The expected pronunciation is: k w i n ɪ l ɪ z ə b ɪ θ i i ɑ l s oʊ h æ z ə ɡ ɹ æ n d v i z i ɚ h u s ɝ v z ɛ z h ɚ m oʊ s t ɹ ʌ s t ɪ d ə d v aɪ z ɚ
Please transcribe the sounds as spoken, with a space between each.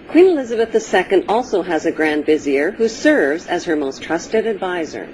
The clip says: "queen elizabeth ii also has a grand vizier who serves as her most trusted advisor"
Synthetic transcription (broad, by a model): k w i n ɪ l ɪ z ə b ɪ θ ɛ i ɑ l s oʊ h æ z ə ɡ ɹ æ n d v i z i ɚ h u s ɝ v z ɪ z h ɚ m oʊ s t ɹ ʌ s t ɪ d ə d v aɪ z ɚ